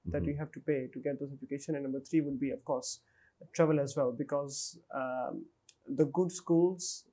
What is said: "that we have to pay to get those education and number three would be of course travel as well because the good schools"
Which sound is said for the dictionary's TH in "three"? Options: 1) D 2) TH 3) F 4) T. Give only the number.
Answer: 4